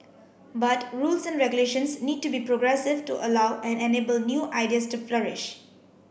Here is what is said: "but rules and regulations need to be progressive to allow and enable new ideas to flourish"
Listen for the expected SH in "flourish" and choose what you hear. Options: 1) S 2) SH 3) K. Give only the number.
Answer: 2